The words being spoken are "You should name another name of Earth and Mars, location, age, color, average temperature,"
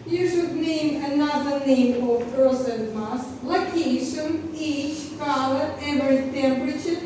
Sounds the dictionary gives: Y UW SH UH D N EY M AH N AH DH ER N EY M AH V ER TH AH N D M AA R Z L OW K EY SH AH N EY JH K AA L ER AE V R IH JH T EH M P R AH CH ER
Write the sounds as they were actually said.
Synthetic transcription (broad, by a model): Y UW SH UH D N EY M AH N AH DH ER N EY M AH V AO S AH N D M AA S L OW K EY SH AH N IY CH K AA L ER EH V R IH T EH M P R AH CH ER